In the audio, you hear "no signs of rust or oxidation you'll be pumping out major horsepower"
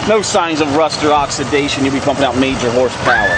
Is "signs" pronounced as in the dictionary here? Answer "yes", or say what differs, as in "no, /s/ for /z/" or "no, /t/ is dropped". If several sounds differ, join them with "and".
yes